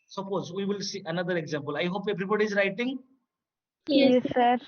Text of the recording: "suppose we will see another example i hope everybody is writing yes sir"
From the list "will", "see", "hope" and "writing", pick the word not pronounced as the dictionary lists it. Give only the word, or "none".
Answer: none